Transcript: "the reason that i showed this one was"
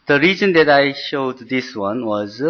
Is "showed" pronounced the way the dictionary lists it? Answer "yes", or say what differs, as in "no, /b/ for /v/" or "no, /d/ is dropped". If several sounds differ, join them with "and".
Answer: yes